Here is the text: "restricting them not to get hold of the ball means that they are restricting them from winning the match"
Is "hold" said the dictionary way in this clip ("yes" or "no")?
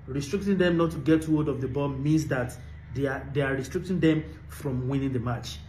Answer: no